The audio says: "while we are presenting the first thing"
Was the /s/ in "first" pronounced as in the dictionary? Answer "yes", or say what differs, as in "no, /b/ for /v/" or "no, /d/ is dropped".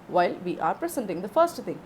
yes